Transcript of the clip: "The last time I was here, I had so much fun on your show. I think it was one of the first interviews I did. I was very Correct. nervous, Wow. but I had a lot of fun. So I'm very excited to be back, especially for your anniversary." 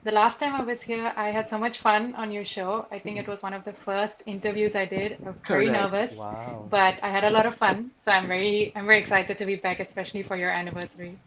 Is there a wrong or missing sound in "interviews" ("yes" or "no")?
no